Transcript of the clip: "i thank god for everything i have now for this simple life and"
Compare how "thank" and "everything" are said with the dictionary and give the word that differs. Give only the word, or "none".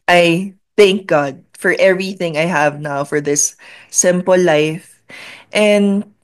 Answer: none